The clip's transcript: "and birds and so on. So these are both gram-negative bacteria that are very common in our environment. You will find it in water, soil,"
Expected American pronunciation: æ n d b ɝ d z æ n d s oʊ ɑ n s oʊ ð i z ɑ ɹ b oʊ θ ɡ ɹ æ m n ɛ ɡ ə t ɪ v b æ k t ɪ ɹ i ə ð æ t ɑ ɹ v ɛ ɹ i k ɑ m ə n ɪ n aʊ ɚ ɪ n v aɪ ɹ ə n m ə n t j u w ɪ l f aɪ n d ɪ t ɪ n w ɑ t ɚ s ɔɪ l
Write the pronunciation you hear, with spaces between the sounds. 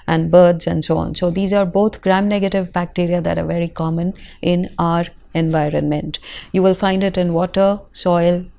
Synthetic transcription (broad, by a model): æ n d b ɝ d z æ n d s oʊ ɑ n s oʊ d i z ɑ ɹ b oʊ t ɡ ɹ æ m n ɛ ɡ ə t ɪ v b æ k t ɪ ɹ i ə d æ t ɑ ɹ v ɛ ɹ i k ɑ m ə n ɪ n aʊ ɚ ɪ n v aɪ ɹ ə n m ə n t j u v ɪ l f aɪ n d ɪ t ɪ n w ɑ t ɚ s ɔɪ l